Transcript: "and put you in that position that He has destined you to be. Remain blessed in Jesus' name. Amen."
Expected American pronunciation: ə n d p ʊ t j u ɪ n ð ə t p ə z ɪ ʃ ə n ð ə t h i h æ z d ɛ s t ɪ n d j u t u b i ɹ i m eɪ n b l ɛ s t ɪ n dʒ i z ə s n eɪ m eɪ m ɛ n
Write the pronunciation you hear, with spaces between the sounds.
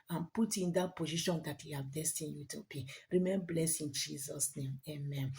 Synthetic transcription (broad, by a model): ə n p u t ɪ n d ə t p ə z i ʃ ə n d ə t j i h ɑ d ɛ s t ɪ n j u t u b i ɹ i m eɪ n b l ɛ s ɪ n dʒ i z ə s n eɪ m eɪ m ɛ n